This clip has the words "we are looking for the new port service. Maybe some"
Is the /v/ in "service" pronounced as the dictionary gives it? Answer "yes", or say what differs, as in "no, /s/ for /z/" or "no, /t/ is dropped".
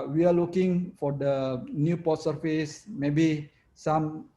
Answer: no, /f/ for /v/